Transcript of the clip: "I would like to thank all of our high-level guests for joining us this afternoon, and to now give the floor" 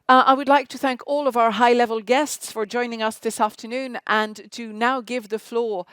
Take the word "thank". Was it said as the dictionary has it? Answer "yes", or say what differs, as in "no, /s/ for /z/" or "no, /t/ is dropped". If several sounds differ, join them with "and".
yes